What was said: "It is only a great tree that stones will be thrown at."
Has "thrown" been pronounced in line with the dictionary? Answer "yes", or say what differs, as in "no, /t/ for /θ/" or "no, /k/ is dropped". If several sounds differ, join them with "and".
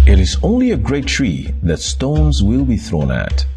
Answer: yes